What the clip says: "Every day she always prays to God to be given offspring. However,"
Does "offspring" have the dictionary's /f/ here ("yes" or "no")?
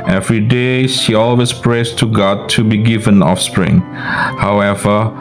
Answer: yes